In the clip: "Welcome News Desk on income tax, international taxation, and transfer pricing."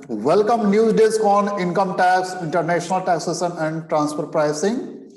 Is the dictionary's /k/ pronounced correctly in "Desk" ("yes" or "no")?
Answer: yes